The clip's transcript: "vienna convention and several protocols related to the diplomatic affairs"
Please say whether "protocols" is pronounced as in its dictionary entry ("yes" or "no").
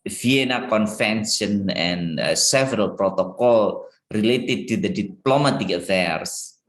no